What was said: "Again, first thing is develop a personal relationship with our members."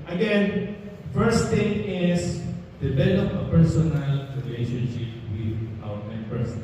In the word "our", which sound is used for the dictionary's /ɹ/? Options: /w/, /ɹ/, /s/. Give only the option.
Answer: /w/